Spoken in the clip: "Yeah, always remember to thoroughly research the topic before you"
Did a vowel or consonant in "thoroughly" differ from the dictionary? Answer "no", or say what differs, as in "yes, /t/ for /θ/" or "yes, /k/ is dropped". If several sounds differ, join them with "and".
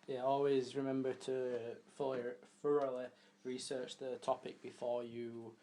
yes, /f/ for /θ/